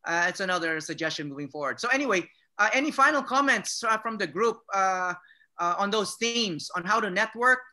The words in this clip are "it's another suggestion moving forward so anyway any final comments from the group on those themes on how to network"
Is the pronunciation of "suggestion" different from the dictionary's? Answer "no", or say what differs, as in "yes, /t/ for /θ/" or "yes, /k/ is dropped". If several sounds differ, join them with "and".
no